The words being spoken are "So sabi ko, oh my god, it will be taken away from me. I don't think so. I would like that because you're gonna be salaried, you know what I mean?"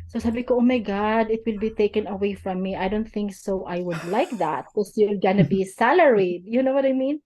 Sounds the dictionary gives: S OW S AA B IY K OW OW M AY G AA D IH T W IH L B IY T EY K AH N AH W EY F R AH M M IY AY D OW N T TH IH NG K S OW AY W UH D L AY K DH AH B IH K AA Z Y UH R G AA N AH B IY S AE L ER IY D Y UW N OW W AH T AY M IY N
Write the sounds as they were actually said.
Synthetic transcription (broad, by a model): S OW S AA B IY K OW OW M AY G AA D IH T W IH L B IY T EY K AH N AH W EY F R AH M M IY AY D OW N T TH IH NG K S OW AY W UH D L AY K DH AH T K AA S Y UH L G AA N AH B IY S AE L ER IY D Y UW N OW W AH T AY M IY N